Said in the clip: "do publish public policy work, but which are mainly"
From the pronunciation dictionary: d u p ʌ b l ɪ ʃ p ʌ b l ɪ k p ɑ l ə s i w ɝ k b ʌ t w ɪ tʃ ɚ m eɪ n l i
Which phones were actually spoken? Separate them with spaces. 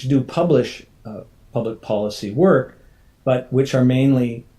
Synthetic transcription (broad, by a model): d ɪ p ʌ b l ɪ ʃ p ʌ b l ɪ k p ɑ l ə s i w ɝ k b ʌ t w ɪ tʃ ɚ m eɪ n l i